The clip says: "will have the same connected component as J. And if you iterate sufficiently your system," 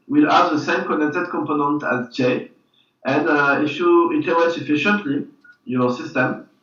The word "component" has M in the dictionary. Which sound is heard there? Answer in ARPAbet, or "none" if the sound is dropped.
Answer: M